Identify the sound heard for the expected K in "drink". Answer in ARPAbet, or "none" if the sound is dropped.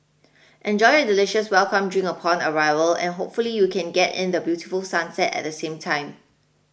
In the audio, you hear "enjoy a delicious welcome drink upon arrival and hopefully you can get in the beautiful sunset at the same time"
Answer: none